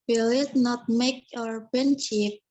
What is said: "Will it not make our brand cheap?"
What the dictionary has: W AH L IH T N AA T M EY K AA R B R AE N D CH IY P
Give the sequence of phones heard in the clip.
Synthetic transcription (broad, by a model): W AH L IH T N AA T M EY K AA R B EH N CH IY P